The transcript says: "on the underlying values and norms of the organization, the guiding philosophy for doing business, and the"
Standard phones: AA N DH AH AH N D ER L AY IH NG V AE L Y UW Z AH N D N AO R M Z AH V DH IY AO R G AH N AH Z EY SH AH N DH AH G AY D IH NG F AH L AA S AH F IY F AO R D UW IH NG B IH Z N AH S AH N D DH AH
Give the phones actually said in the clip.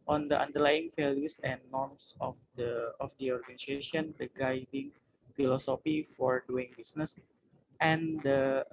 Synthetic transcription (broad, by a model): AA N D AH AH N D ER L AY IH NG F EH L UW S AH N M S AO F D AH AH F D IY AO R G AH N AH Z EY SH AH N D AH G AY D IH NG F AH L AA S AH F IY F AO R D UW IH NG B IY S N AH S AH N D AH